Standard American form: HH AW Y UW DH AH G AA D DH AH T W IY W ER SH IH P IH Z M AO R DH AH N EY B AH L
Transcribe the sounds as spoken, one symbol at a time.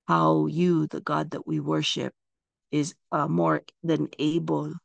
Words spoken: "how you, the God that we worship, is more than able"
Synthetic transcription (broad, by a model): HH AW Y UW DH AH G AA D DH AH T W IY W ER SH IH P IH Z M AO R DH AH N EY B L